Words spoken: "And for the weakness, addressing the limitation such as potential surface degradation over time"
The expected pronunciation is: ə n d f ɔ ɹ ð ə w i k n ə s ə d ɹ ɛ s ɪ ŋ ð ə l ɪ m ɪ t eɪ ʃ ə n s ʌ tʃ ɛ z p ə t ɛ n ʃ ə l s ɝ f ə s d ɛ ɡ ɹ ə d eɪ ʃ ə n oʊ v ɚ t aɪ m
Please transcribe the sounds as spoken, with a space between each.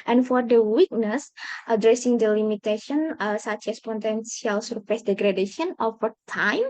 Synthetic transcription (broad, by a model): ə n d f ɔ ɹ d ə w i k n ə s ə d ɹ ɛ s ɪ ŋ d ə l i m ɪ t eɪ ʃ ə n s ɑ tʃ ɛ s p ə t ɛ n s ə l s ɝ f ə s d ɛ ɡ ɹ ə d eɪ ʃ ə n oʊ f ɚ t aɪ m